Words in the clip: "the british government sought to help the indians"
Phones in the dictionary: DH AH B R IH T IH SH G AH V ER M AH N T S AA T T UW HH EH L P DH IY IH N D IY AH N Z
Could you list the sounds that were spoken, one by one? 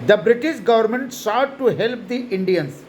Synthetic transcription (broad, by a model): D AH B R IH T IH SH G AH V ER M AH N T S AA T T UW HH EH L P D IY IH N D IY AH N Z